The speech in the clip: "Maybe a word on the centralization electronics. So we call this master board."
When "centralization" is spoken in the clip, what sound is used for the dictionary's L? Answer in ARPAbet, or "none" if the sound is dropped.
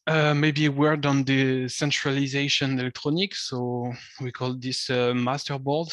L